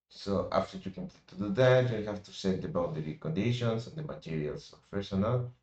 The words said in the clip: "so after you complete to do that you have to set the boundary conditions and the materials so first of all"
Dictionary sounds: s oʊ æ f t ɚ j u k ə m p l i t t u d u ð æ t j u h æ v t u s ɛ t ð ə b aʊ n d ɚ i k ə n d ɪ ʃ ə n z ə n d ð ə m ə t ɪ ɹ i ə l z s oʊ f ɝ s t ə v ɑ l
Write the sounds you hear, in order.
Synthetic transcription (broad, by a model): s oʊ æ f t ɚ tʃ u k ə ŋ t t u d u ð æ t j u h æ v t u s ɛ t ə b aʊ d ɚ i k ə n d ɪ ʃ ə n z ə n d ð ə m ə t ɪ ɹ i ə l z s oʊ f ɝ s ə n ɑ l